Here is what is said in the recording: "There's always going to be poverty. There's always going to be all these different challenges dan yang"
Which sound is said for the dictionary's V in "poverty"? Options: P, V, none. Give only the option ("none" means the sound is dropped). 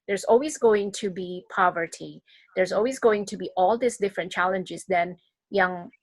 V